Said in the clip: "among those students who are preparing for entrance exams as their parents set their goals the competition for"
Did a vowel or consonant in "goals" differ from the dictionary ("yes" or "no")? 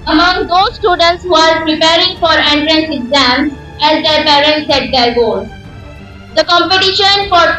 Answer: yes